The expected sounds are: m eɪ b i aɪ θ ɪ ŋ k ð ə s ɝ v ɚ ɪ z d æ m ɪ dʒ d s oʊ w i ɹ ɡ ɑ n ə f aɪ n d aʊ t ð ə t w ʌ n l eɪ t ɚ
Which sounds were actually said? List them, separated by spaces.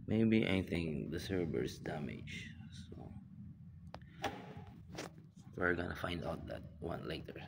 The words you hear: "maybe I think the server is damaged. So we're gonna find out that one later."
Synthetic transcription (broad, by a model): m eɪ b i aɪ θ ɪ ŋ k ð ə s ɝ b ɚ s d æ m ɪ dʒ s oʊ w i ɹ ɡ ɑ n ə f aɪ n d aʊ t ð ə t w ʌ n l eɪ t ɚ